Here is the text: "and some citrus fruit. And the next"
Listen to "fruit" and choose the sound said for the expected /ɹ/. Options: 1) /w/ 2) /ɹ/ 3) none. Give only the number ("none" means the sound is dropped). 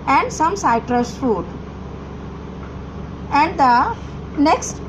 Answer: 3